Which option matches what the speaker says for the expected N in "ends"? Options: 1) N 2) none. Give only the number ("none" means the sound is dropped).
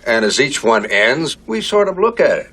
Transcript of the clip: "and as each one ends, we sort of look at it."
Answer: 1